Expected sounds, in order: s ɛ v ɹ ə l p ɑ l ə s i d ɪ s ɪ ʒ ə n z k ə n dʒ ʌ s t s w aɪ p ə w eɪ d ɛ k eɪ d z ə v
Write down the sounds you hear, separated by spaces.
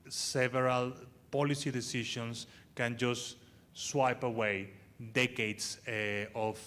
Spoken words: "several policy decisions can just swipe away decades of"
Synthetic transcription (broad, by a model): s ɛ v ɹ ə l p ɑ l ə s i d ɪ s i ʃ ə n s k ə n dʒ ʌ s t s w aɪ p ə w eɪ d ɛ k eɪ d s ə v